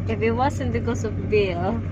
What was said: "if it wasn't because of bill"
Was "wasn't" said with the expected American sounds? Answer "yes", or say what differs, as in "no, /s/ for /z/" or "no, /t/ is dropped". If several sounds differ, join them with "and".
no, /s/ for /z/